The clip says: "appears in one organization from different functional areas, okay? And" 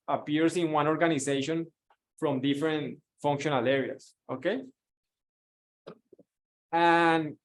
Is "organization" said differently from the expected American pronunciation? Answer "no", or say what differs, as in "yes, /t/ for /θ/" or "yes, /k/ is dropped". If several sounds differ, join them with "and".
yes, /s/ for /z/